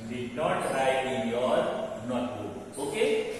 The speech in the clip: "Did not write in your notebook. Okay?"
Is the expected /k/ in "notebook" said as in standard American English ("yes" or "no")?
no